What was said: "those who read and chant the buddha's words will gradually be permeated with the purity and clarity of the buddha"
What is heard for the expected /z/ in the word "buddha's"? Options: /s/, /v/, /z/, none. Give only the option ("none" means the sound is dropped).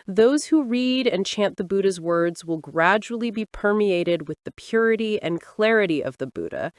/z/